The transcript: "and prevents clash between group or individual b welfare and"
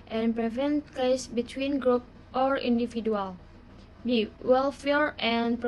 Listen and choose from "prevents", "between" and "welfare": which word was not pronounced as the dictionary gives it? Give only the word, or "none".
prevents